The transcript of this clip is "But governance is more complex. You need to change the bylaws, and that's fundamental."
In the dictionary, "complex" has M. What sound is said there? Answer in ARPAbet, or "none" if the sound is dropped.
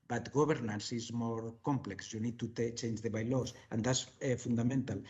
M